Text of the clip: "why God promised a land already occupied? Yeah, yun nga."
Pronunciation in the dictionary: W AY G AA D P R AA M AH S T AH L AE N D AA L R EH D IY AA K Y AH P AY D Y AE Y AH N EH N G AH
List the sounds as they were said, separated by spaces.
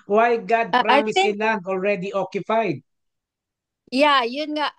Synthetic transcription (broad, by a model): W AY G AA D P R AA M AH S AH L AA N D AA L R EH D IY AA K Y AH P AY D Y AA Y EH N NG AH